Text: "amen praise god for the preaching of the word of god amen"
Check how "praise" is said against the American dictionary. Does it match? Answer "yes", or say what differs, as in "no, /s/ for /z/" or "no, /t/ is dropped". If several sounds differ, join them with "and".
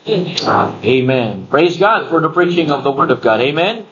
yes